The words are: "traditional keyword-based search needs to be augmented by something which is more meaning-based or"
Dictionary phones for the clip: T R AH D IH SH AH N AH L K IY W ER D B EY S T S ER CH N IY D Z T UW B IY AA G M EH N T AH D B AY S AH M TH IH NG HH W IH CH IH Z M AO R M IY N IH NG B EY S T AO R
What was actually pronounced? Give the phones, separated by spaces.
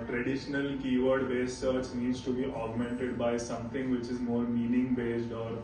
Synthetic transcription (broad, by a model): T R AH D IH SH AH N AH L K IY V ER D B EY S S ER CH N IY D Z T UW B IY AA G M EH N T AH D B AY S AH M T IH NG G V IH CH IH Z M AO R M IY N IH NG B EY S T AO R